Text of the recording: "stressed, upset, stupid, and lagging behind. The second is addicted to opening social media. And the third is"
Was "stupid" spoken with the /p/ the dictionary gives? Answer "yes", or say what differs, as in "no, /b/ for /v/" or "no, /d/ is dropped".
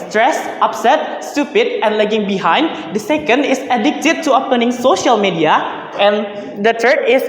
yes